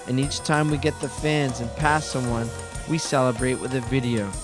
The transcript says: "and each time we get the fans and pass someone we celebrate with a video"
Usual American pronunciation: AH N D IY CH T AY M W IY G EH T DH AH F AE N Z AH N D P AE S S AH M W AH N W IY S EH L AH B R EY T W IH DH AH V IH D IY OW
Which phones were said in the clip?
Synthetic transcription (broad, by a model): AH N IY CH T AY M W IY G EH T DH AH F AE N Z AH N P AE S S AH M W AH N W IY S EH L AH B R EY T W IH DH AH V IH D IY OW